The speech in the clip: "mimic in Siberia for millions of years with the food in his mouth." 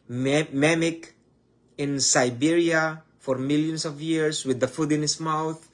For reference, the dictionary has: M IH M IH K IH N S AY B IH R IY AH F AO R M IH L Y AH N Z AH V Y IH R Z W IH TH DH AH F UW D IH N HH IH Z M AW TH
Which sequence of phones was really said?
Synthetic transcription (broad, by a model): M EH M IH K IH N S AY B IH R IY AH F AO R M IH L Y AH N S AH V Y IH R S W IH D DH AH F UW D IH N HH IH S M AW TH